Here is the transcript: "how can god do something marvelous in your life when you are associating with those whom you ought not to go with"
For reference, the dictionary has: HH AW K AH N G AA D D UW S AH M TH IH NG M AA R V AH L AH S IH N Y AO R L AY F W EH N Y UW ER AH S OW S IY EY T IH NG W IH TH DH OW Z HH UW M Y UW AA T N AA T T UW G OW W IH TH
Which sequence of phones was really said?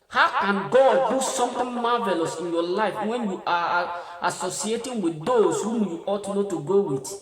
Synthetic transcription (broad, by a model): HH AW K AH N G AA D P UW S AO M T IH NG M AA V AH L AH S IH N Y AO L AY F W EH N Y UW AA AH S OW S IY EY T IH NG W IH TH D OW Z HH UW M Y UW AA T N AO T T UW G OW W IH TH